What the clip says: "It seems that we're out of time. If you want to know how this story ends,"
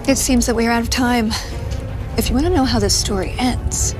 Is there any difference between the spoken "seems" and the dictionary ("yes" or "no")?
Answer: no